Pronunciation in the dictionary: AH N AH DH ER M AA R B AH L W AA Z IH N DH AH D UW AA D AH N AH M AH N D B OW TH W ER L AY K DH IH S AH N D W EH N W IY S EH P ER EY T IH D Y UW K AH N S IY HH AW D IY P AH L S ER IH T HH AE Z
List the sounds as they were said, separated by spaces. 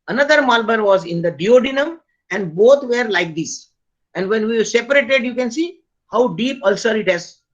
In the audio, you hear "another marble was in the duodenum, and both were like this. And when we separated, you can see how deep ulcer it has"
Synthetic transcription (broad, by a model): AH N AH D ER M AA L B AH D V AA Z IH N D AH D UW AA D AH N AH M AH N D B OW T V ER L AY K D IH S AH N D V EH N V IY S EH P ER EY T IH D Y UW K AH N S IY HH AW D IY P AH L S ER IH T HH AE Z